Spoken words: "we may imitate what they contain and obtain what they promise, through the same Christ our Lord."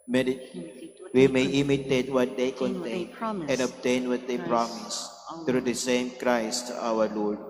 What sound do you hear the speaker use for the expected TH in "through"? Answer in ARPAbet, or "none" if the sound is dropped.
T